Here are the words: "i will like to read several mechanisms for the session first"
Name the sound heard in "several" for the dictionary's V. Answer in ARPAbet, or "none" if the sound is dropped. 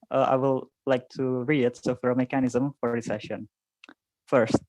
F